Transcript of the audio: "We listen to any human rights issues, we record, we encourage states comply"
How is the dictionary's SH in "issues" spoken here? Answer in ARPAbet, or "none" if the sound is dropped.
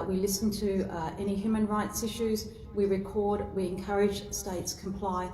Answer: SH